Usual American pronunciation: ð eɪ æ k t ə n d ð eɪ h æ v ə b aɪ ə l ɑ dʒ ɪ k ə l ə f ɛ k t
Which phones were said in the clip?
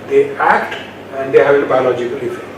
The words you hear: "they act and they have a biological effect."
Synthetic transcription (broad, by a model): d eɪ æ k t ə n d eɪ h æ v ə b aɪ ə l ɑ dʒ ɪ k ə l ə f